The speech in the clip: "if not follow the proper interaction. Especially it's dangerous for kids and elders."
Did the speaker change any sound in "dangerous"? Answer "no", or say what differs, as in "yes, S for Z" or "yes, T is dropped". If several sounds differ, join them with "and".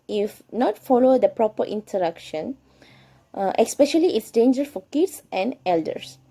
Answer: yes, S is dropped